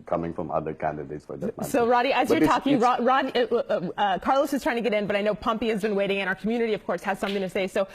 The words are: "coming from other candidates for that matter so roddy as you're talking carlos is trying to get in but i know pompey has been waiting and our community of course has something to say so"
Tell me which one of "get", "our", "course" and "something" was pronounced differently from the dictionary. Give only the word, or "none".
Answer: none